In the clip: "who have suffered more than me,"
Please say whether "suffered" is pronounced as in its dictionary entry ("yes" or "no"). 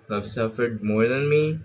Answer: yes